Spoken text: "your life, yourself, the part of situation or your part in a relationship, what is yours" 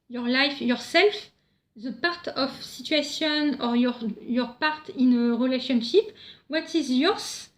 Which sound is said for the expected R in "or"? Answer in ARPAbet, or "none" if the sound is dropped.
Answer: R